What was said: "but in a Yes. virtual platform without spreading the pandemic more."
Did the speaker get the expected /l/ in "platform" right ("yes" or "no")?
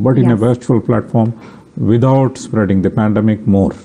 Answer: yes